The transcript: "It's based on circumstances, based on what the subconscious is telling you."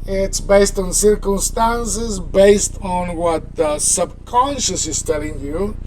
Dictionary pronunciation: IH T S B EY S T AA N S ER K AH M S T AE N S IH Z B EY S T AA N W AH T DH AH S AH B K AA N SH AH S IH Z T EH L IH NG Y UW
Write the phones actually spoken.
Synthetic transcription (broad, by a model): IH T S B EY S T AA N S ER K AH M S T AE N S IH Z B EY S T AA N W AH T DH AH S AH B K AA N SH AH S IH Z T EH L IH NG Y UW